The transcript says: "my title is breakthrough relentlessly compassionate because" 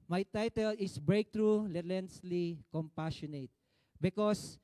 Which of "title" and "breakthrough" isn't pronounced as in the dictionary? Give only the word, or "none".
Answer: breakthrough